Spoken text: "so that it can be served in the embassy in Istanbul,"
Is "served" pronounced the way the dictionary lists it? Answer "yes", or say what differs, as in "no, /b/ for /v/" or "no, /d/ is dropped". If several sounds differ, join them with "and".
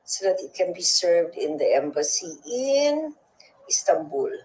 yes